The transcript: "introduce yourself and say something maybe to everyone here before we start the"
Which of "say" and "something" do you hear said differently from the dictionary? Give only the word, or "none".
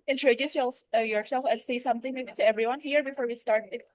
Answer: none